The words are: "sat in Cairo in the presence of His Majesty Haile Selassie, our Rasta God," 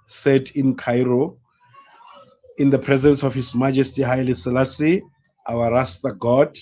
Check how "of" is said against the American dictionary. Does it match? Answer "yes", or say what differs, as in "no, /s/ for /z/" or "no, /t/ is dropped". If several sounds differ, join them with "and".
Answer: no, /f/ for /v/